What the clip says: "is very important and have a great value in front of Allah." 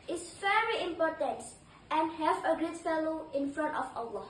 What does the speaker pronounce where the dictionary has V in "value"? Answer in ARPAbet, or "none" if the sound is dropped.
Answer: F